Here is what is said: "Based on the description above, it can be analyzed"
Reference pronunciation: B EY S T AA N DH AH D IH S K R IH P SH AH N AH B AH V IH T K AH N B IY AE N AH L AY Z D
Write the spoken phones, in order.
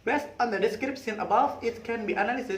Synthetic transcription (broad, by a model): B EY S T AA N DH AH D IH S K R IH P S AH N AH B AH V IH T K AH N B IY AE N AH L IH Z